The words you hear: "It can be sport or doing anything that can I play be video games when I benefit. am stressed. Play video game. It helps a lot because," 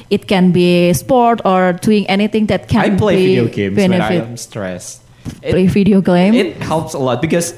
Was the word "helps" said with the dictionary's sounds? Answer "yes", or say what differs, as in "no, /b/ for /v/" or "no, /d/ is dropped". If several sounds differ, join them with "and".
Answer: yes